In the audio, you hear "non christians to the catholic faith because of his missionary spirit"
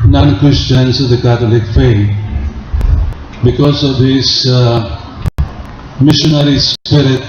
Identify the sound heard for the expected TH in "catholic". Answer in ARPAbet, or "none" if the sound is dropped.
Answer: T